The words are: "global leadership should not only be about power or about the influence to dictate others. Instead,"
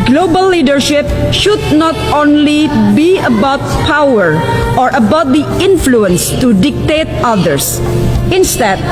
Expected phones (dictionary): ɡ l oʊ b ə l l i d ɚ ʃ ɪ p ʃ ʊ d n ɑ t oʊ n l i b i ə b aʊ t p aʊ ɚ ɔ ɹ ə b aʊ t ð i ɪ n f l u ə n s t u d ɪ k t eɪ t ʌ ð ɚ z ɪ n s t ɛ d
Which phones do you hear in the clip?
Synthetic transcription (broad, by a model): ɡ l oʊ b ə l l i d ɚ ʃ ɪ p ʃ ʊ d n ɑ t oʊ n l i b i ə b aʊ t p aʊ ɚ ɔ ɹ ə b aʊ t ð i ɪ n f l u ə n s t u d ɪ k t eɪ t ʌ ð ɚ s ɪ n s t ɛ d